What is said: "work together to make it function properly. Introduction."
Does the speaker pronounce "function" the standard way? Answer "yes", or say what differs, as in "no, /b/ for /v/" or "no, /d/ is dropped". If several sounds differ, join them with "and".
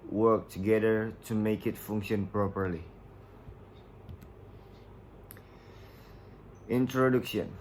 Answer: yes